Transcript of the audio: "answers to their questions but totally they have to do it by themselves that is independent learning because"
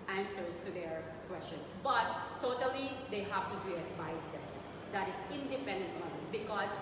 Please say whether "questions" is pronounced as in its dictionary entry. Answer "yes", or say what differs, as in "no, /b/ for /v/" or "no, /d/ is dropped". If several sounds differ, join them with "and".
no, /s/ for /z/